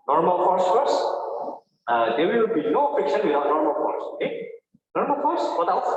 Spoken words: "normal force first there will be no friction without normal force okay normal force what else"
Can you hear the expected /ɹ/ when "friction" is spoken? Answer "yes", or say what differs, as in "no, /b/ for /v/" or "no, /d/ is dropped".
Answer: no, /ɹ/ is dropped